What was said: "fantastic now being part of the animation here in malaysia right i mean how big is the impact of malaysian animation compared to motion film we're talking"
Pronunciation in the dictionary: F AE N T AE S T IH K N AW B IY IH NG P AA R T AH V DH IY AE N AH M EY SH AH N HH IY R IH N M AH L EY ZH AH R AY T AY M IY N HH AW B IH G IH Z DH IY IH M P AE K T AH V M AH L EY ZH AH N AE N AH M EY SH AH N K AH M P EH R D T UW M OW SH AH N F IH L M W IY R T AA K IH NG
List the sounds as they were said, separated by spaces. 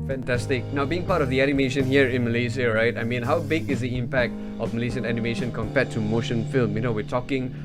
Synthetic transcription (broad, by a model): F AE N T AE S T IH K N AW B IY IH NG P AA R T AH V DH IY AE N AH M EY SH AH N HH IY R IH N M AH L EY S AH R AY T AY M IY N HH AW B IH G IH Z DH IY IH M P AE K T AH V M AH L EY S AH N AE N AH M EY SH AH N K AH M P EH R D T UW M OW SH AH N F IH L M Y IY W T AA K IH NG